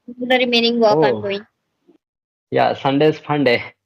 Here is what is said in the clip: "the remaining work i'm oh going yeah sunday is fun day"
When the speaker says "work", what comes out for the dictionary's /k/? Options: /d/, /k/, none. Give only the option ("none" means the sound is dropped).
none